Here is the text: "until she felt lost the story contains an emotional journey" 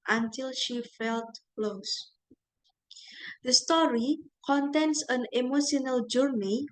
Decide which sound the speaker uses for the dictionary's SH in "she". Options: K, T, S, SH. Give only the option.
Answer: SH